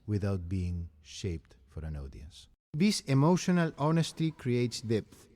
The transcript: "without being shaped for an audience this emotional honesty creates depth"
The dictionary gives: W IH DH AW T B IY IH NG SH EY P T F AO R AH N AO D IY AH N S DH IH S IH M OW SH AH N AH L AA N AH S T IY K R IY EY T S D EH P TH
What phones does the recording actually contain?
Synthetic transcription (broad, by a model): W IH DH AW T B IY IH NG SH EY P T F AO R AH N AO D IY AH N S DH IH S IH M OW SH AH N AH L AA N AH S T IY K R IY EY T S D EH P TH